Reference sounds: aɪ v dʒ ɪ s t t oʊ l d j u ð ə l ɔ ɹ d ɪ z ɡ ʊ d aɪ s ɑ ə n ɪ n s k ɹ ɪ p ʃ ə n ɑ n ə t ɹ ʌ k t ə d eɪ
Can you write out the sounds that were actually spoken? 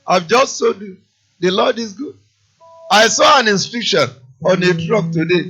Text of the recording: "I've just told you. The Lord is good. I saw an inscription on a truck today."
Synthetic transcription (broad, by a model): aɪ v dʒ ɪ s t s oʊ d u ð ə l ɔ d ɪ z ɡ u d aɪ s ɑ ə n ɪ n s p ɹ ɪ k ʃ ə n ɑ n ə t ɹ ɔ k t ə d eɪ